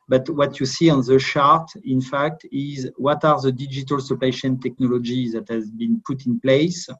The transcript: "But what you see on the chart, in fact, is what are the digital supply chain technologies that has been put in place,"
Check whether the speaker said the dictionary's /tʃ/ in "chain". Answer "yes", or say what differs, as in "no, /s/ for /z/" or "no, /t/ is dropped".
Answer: no, /ʃ/ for /tʃ/